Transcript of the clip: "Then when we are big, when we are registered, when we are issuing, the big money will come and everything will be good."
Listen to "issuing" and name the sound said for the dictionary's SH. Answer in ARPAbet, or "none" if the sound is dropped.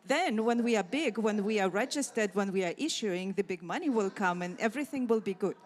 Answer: SH